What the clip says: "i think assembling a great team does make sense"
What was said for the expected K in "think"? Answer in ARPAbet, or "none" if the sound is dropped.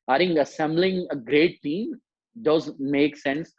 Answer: none